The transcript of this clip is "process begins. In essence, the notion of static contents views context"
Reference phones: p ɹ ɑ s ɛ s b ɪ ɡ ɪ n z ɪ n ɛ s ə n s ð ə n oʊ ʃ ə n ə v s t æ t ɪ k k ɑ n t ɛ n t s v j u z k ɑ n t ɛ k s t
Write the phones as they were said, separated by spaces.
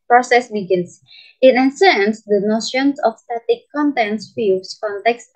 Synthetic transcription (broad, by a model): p ɹ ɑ s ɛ s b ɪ ɡ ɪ n s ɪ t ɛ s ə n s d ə n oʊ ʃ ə n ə f s t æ t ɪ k k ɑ n t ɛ n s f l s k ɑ n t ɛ k s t